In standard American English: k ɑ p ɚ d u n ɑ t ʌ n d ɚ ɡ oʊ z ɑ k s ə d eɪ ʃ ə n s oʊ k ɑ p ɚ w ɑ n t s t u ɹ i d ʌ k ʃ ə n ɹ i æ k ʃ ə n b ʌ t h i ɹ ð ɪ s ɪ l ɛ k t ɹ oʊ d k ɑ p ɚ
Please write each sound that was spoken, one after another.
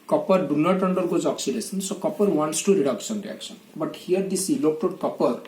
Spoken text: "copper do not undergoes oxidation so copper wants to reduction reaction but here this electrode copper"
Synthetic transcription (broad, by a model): k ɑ p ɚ d u n ɑ t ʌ n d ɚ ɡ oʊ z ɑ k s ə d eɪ s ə n s oʊ k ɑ p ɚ w ɑ n t s t u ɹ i d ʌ k s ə n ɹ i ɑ k s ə n b ʌ t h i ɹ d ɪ s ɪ l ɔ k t oʊ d k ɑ p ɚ